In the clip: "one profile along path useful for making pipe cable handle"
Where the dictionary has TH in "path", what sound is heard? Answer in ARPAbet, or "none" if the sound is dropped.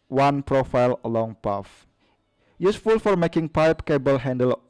F